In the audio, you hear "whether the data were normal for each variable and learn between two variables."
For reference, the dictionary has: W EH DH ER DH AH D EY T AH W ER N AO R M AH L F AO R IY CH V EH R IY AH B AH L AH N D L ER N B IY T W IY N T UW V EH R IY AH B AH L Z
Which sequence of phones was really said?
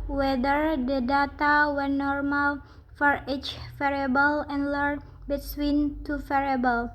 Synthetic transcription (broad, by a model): W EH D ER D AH D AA T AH W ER N AO R M AH L F AO R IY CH F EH R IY B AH L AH N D L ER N B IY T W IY N T UW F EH R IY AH B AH L